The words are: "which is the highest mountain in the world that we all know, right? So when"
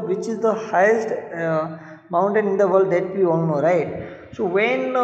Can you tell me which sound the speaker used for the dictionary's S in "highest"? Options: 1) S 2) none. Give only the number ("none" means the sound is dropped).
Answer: 1